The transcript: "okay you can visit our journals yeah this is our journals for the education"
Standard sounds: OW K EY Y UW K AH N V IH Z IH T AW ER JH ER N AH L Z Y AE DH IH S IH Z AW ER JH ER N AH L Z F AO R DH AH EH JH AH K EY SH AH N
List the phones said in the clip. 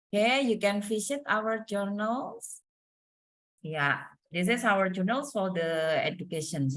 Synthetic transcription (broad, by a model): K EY Y UW K AH N F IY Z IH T AW ER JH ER N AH L S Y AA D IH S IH S AW ER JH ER N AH L S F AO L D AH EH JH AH K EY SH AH N